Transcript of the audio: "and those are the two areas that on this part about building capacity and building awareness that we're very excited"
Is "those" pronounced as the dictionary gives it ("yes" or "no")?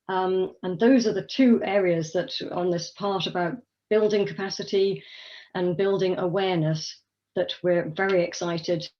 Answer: yes